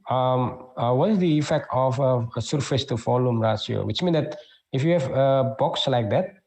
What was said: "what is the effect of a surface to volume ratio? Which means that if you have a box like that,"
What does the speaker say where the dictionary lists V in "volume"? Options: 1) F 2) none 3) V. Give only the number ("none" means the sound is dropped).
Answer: 1